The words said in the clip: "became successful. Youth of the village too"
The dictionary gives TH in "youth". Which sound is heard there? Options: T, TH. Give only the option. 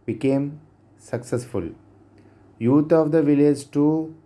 T